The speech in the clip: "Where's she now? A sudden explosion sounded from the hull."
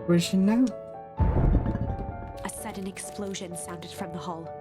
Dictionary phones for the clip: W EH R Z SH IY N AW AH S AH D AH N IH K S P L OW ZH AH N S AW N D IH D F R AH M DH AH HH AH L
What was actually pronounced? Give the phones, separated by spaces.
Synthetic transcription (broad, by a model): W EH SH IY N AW AH S AH D N IH K S P L OW ZH AH N S AW N D IH D F R AH M DH AH HH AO L